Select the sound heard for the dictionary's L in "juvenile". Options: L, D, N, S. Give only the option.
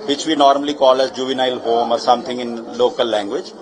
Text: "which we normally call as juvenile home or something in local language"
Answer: L